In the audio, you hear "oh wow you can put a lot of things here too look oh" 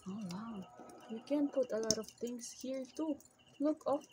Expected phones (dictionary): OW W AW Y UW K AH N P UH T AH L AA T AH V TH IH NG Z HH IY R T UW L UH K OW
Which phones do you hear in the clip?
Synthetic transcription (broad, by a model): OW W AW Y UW K AH N P UH T AH L AA T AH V T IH NG S HH IY R T UW L UH K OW